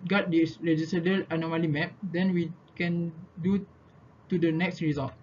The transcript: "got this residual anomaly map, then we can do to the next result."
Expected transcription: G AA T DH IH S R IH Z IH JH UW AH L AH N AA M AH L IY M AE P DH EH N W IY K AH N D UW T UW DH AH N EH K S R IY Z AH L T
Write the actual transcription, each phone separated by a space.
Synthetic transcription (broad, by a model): G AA T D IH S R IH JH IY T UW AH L AH N AA M AH L IY M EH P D EH N W IY K AH N D UW T UW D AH N EH K S R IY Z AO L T